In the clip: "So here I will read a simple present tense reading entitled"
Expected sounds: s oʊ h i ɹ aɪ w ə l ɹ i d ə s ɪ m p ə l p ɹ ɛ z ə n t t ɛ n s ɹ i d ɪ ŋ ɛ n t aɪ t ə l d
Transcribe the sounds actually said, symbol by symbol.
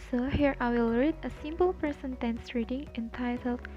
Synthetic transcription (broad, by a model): s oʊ h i ɹ aɪ w ə l ɹ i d ə s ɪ m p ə l p ɛ s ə n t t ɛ n s ɹ i d ɪ ŋ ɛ n t aɪ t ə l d